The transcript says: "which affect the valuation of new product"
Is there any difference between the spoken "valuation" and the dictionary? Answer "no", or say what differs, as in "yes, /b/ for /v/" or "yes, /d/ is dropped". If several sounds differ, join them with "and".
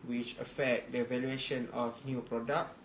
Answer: no